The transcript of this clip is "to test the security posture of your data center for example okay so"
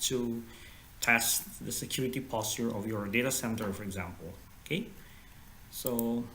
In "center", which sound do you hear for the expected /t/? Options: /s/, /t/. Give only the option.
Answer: /t/